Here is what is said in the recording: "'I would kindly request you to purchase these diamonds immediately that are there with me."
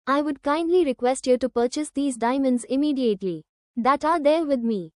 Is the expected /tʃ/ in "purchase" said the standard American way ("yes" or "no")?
yes